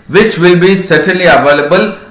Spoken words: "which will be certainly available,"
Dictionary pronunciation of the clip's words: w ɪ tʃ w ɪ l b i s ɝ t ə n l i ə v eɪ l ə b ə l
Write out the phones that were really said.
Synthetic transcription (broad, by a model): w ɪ tʃ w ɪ l b i s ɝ t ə l i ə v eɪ l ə b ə l